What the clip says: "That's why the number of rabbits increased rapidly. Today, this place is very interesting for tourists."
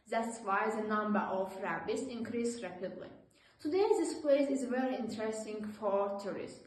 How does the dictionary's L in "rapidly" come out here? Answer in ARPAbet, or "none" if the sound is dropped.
L